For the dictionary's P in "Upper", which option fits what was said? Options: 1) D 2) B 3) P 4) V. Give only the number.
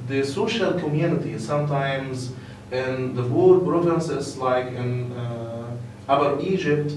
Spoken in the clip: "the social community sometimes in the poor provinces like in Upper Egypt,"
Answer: 2